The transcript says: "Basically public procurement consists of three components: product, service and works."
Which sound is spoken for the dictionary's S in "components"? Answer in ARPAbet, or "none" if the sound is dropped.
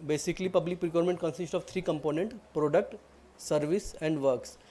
none